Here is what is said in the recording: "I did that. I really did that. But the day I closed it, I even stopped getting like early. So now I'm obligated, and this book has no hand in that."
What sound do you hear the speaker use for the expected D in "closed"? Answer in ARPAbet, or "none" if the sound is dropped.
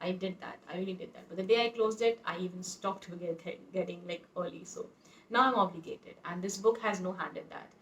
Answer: D